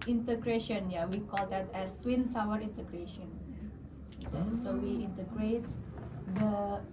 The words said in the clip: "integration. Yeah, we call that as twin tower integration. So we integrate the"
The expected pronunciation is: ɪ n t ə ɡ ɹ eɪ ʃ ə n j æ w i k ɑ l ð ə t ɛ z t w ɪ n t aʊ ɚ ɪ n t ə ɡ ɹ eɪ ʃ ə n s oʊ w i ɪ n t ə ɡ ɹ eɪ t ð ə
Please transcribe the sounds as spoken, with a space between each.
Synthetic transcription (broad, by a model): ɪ n t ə ɡ ɹ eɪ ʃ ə n j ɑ w i k ɑ l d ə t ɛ s t w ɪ n s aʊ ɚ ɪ n t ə ɡ ɹ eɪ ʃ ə n s oʊ w i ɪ n t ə ɡ ɹ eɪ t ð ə